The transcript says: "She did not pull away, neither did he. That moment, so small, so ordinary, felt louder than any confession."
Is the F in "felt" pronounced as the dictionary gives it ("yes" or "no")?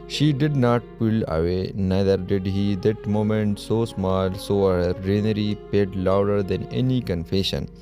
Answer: no